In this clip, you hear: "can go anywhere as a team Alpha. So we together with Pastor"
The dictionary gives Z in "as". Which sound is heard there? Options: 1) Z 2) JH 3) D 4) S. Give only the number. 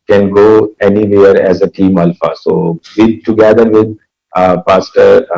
1